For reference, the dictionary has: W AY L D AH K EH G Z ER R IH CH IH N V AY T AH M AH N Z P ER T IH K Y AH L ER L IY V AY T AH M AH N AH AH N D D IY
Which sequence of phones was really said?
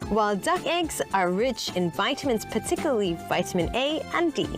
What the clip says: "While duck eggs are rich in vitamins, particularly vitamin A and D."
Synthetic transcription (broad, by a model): W AY L D AH K EH G Z ER R IH CH IH N V AY T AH M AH N S P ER T IH K Y L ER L IY V AY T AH M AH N AH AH N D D IY